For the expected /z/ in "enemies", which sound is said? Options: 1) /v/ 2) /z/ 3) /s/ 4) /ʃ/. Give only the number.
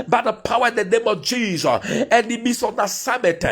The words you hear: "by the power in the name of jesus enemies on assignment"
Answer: 3